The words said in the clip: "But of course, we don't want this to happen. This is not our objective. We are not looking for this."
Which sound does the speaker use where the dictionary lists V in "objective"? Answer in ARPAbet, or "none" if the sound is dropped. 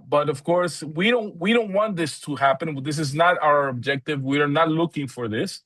V